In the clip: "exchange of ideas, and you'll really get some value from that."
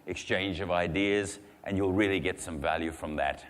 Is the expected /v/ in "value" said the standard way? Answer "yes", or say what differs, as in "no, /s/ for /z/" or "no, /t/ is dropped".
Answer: yes